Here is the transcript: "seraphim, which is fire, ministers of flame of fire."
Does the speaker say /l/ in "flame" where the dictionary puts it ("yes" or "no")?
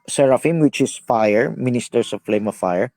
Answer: yes